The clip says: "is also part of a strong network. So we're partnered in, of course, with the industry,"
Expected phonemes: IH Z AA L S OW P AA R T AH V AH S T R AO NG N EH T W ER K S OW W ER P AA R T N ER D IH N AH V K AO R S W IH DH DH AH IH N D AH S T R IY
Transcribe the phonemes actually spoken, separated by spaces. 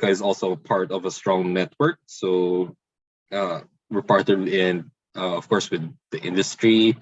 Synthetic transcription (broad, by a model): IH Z AA L S OW P AA R T AH V AH S T R AO NG N EH T W ER K S OW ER P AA R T ER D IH N AH V K AO R S W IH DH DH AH IH N D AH S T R IY